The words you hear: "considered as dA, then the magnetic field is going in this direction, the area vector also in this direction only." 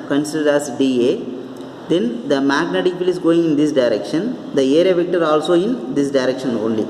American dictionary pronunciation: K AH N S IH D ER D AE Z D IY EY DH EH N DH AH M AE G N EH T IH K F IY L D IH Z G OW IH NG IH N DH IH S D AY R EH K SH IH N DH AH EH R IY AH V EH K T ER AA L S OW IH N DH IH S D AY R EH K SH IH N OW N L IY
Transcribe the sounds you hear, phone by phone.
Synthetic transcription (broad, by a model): K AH N S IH D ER D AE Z D IY EY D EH N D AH M AE G N EH T IH K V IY L IH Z G OW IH NG IH N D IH S D AY R EH K SH IH N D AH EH R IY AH V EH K T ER AA L S OW IH N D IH S D AY R EH K SH IH N OW N L IY